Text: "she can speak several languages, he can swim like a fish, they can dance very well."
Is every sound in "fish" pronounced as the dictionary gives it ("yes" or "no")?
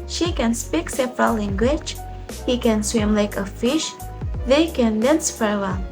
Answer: yes